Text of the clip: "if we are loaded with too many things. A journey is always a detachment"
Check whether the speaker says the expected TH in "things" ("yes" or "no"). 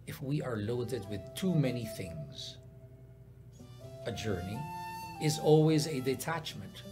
yes